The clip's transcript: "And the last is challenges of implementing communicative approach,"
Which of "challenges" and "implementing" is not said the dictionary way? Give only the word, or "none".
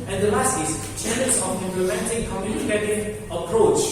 challenges